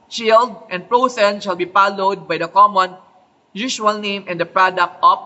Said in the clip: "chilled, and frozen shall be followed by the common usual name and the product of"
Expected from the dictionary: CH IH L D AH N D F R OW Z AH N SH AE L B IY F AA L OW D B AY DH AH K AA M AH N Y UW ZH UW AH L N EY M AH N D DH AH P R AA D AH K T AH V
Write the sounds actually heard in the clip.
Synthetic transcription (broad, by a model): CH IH L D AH N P R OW S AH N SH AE L B IY P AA L OW D B AY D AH K AA M AH N Y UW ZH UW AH L N EY M AH N D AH P R AA D AH K T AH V